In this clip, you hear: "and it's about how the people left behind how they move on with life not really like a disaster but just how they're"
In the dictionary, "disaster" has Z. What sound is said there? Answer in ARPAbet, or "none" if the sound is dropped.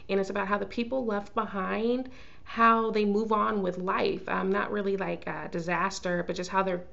Z